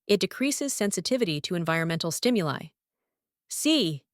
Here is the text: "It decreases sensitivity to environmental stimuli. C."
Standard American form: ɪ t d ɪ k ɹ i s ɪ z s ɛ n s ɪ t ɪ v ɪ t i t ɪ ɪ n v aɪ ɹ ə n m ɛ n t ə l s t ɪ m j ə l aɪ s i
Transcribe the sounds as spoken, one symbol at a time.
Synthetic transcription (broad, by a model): ɪ t d ɪ k ɹ i s ɪ z s ɛ n s ɪ t ɪ v ɪ t i t ɪ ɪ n v aɪ ɹ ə n m ɛ n t l s t ɪ m j ə l aɪ s i